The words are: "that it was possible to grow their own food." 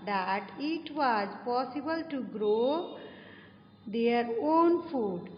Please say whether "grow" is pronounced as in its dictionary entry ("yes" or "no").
yes